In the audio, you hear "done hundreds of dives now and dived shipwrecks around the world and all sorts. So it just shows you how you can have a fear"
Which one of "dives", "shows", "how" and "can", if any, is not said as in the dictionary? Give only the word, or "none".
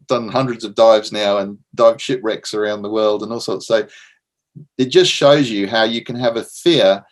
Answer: none